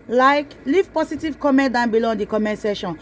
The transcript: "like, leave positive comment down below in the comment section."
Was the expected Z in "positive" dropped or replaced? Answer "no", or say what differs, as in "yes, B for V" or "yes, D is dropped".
yes, S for Z